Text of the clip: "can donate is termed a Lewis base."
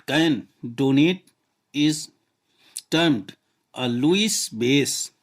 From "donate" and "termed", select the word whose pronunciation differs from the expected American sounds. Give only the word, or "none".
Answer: none